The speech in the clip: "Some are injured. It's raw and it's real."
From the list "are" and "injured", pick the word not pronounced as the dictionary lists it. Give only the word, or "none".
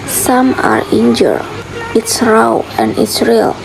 injured